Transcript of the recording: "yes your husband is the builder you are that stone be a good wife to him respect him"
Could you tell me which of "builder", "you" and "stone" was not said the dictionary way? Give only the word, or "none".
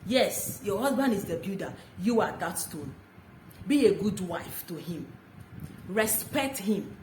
builder